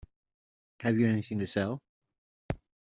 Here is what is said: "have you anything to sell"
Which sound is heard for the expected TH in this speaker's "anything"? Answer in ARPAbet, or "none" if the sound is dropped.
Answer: S